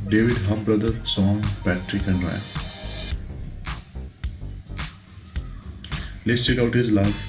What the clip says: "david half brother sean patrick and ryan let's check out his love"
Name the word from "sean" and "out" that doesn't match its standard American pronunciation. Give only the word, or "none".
sean